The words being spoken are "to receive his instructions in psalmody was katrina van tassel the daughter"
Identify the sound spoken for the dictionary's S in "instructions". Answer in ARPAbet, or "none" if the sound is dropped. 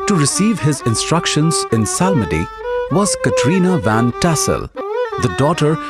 S